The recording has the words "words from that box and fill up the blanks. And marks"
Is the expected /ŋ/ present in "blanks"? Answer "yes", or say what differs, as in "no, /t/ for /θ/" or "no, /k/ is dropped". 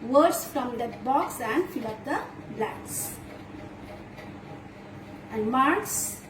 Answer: no, /ŋ/ is dropped